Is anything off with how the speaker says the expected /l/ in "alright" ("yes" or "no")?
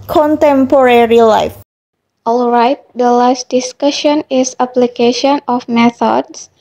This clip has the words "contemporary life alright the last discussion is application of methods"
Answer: no